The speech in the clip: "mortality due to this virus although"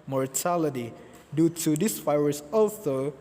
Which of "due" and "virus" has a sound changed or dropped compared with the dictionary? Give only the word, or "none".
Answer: virus